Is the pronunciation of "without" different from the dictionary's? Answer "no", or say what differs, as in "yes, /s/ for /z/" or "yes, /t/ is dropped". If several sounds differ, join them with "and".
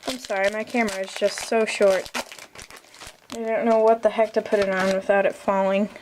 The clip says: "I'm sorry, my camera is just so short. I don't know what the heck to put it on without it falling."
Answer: no